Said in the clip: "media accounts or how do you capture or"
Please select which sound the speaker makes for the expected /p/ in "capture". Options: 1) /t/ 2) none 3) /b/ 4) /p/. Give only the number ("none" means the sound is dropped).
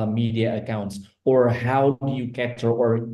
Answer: 2